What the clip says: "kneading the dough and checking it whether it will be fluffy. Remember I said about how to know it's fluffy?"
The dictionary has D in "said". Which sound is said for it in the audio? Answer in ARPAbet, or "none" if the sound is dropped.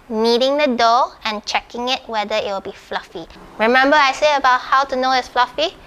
none